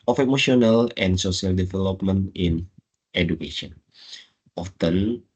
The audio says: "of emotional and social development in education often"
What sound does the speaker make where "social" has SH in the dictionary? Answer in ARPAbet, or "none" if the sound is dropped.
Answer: S